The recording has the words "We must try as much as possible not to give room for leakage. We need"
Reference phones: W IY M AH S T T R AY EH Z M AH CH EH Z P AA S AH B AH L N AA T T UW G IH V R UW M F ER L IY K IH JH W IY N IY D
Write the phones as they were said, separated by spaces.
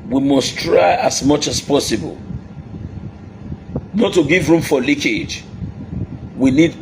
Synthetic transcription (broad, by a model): W IY M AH S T T R AY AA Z M AH CH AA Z P AA S AH B AH L N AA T T UW G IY V R UW M F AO L IY K IH JH W IY N IY D